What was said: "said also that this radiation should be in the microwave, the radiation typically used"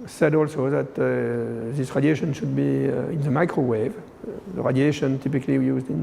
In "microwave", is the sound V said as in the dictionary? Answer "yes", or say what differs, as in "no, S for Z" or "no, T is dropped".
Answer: yes